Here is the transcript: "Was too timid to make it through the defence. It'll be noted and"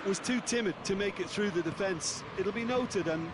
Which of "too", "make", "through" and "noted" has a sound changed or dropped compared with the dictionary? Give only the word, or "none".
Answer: none